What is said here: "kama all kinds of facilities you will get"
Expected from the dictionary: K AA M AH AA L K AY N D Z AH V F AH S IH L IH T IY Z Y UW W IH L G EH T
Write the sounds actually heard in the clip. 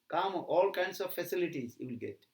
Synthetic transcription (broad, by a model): K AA M AA L K AY N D S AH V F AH S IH L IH T IY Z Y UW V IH L G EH T